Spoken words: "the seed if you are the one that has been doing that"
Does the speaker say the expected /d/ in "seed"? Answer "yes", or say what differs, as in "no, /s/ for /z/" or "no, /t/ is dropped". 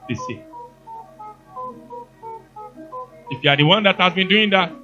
no, /d/ is dropped